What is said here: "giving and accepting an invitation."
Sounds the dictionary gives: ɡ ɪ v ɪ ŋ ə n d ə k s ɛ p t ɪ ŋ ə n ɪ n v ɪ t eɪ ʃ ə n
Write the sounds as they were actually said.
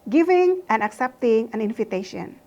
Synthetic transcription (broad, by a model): ɡ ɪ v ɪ ŋ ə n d ə k s ɛ p t ɪ ŋ ə n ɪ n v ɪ t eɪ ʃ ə n